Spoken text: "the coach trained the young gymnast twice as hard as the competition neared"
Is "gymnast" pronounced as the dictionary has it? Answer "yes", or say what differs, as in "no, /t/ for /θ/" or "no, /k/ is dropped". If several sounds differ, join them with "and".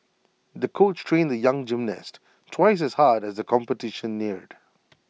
yes